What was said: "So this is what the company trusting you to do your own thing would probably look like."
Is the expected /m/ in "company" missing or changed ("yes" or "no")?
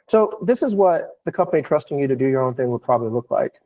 yes